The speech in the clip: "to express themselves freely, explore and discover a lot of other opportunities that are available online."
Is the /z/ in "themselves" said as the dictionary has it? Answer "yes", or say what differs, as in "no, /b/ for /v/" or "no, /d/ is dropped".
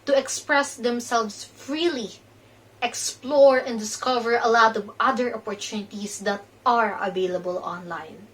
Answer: no, /s/ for /z/